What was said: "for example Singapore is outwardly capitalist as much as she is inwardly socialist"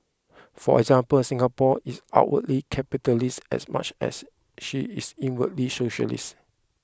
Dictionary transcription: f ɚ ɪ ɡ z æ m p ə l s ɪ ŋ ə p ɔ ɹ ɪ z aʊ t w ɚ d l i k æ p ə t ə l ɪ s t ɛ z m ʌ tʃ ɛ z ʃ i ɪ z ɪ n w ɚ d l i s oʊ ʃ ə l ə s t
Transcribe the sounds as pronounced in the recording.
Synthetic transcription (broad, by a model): f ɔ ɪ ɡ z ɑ m p ə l s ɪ ŋ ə p ɔ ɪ s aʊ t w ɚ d l i k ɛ p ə t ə l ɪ s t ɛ s m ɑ tʃ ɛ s ʃ i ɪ s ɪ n w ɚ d l i s oʊ ʃ ə l ə s t